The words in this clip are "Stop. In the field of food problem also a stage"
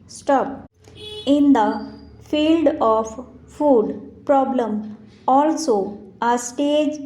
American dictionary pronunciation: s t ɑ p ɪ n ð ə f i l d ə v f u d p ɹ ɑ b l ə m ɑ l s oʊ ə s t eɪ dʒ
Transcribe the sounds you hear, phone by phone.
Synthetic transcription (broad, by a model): s t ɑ p ɪ n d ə f i l d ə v f u d p ɹ ɑ b l ə m ɑ l s oʊ ə s t eɪ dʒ